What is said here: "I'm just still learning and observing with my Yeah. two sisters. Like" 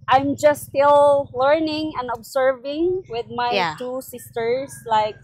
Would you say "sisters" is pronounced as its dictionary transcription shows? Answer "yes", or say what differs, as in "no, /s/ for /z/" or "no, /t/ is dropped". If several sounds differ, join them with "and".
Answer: no, /s/ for /z/